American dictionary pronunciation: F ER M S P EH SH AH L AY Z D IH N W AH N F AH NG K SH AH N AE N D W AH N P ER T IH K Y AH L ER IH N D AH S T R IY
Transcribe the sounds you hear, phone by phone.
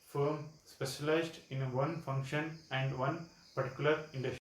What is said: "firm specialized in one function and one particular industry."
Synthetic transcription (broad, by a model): F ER M S P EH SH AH L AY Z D IH N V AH N F AH NG K SH AH N AE N D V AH N P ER T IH K Y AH L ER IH N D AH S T